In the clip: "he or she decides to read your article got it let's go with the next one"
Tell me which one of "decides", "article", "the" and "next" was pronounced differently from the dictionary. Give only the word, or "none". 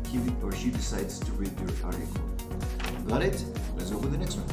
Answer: article